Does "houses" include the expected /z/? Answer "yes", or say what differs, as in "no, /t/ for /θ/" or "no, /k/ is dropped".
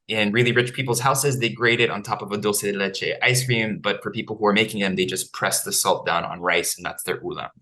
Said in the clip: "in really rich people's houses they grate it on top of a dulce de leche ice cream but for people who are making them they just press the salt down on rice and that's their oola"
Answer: yes